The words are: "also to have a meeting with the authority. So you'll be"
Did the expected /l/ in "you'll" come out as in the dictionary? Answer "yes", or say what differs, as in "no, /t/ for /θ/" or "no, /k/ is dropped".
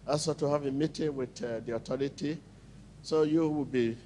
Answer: no, /w/ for /l/